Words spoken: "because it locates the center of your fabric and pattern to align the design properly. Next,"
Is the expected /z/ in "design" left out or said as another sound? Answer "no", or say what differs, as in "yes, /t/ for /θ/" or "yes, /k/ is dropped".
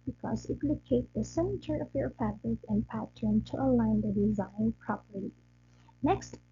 no